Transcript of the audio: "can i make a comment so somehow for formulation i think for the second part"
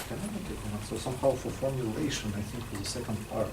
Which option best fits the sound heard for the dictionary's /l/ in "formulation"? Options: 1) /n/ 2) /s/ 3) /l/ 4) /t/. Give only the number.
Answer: 3